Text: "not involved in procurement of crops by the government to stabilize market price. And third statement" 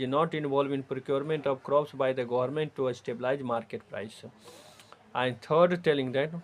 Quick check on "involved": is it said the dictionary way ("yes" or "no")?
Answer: no